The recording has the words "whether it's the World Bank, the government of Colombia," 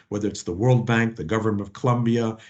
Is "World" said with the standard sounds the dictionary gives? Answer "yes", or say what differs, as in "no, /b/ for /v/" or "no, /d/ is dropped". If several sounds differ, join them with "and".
yes